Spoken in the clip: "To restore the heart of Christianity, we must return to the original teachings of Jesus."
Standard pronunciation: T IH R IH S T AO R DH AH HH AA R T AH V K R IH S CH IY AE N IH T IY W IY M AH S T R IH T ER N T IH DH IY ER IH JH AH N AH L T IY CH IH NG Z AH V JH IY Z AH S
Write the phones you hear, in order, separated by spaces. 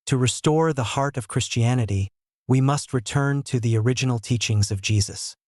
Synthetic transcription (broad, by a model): T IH R IH S T AO R DH AH HH AA R T AH V K R IH S CH IY AE N IH T IY W IY M AH S T R IH T ER N T IH DH IY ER IH JH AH N L T IY CH IH NG Z AH V JH IY Z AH S